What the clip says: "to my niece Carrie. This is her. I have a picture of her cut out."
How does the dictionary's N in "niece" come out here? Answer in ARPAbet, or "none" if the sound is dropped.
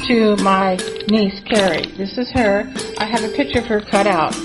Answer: N